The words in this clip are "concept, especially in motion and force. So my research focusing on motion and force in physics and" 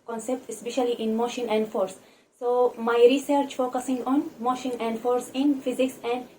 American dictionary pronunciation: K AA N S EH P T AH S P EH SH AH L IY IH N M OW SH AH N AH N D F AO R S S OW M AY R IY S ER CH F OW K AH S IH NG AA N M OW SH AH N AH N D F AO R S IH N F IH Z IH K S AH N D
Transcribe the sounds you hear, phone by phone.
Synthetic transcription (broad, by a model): K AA N S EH P T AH S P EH SH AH L IY IH N M OW SH AH N AH N D F AO R S S OW M AY R IY S ER CH F OW K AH S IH NG AA N M OW SH AH N AH N D F AO R S IH N F IH Z IH K S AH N D